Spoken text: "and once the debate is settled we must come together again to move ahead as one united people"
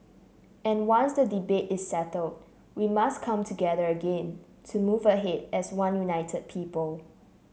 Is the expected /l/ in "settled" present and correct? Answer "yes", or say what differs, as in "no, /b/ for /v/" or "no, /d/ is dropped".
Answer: yes